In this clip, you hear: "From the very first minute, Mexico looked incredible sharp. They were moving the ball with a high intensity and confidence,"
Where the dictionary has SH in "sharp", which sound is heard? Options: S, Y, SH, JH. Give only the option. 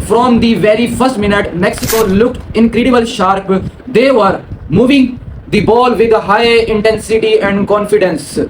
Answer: SH